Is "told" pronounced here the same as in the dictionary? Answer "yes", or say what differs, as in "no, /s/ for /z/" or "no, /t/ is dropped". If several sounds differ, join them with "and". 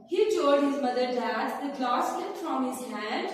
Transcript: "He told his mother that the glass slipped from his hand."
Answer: no, /l/ is dropped